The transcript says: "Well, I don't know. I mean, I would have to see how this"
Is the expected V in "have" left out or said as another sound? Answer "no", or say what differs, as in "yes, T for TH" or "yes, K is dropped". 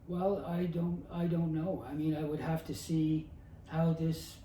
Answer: yes, F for V